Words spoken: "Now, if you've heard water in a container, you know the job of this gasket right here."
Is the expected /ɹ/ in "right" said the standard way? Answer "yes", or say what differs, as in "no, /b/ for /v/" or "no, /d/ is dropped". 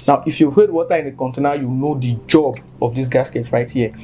yes